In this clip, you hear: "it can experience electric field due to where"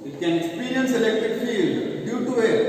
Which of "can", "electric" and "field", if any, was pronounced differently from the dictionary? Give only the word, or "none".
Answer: field